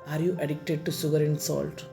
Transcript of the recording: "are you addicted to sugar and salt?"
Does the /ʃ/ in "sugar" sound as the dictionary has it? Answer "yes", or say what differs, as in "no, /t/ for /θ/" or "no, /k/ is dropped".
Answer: no, /s/ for /ʃ/